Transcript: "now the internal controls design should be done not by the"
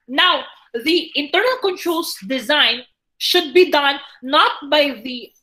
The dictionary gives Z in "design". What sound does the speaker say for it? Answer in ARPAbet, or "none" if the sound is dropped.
Z